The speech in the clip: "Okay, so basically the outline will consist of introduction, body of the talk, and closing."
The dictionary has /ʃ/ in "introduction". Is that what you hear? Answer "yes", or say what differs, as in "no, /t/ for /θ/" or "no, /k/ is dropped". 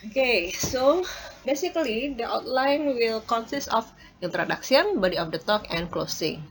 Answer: no, /s/ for /ʃ/